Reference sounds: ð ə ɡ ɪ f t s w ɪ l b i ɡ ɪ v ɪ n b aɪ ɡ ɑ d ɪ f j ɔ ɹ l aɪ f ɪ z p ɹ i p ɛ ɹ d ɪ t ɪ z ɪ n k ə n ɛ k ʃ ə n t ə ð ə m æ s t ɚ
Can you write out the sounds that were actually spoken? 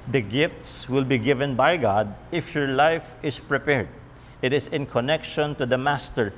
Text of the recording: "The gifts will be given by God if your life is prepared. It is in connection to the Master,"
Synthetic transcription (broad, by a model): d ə ɡ ɪ f t s w ɪ l b i ɡ ɪ v ɪ n b aɪ ɡ ɑ d ɪ f j ɔ ɹ l aɪ f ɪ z p ɹ i p ɛ ɹ d ɪ t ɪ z ɪ n k ə n ɛ k ʃ ə n t ə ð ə m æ s t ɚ